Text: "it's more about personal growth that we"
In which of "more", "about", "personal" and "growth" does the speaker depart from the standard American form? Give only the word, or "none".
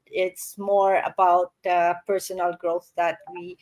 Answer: none